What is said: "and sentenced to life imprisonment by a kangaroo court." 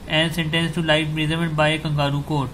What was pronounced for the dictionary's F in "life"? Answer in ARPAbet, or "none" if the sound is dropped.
none